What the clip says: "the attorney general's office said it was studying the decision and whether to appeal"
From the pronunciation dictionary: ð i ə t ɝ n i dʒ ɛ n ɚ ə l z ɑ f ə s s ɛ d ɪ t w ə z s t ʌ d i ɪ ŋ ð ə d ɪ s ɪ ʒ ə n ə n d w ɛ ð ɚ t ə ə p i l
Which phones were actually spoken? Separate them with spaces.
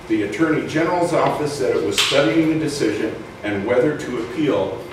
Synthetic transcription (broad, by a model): ð i ə t ɝ n i dʒ ɛ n ɚ l z ɑ f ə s s ɛ d ɪ t w ə z s t ʌ d i ɪ ŋ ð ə d ɪ s ɪ ʒ ə n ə n w ɛ ð ɚ t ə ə p i l